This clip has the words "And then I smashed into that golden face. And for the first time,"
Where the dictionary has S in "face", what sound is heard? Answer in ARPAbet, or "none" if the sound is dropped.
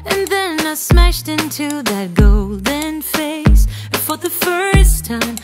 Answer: none